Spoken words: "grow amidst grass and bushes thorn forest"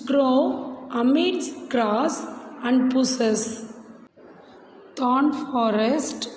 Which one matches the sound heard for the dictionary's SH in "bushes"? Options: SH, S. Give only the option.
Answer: S